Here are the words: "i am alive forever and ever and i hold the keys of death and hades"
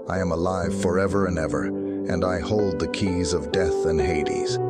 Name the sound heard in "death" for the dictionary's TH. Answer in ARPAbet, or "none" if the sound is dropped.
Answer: TH